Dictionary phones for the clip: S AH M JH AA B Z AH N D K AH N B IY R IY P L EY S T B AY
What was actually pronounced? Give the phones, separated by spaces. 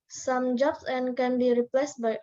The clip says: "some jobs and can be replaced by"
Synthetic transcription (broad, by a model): S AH M JH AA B S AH N K AH N B IY R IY P L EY S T B AY